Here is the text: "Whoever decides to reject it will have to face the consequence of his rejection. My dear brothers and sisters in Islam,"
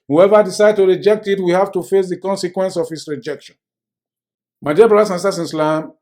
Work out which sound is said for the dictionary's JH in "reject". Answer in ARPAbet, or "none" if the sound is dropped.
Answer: JH